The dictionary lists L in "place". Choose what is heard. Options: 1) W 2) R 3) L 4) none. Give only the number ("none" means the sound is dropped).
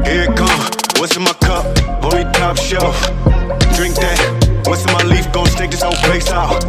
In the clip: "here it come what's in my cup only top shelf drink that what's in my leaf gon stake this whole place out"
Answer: 4